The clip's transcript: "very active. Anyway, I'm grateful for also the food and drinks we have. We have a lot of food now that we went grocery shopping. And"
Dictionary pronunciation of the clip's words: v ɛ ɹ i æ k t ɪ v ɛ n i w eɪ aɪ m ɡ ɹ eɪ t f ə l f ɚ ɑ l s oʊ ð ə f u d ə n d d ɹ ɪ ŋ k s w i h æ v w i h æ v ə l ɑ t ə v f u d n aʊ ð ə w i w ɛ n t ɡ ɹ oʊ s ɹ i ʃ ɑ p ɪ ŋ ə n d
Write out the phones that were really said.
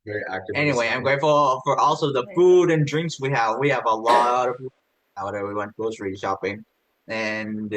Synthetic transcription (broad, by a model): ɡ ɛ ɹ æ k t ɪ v ɛ n i w eɪ aɪ m ɡ ɹ eɪ t f ə l f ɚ ɑ l s oʊ ð ə f u d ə n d d ɹ ɪ ŋ k s w i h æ v w i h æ v ə l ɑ t ə v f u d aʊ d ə w i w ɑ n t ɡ oʊ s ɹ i ʃ ɑ p ɪ ŋ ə n